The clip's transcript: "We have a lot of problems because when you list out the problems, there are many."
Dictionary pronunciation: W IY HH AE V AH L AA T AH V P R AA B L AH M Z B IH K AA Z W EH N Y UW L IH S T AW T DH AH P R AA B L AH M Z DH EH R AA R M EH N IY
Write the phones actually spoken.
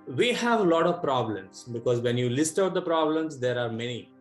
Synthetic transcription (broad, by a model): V IY HH AE V AH L AA T AH V P R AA B L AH M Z B IH K AA Z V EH N Y UW L IH S T AW T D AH P R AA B L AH M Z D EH R AA R M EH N IY